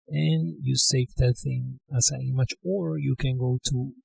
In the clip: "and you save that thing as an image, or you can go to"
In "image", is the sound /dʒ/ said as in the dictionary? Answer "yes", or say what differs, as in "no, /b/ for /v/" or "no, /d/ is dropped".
no, /tʃ/ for /dʒ/